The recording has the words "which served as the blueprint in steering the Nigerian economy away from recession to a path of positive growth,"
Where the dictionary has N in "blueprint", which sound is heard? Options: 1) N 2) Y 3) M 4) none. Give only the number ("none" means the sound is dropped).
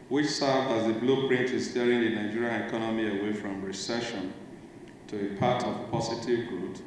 1